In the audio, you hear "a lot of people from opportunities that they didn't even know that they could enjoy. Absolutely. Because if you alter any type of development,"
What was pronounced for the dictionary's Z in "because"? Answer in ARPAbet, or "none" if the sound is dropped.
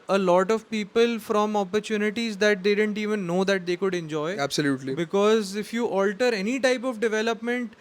Z